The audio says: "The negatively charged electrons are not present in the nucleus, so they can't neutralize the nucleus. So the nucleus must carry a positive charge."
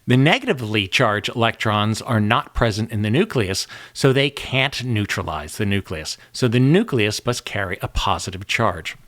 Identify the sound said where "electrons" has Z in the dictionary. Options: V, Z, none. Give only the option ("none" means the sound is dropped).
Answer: Z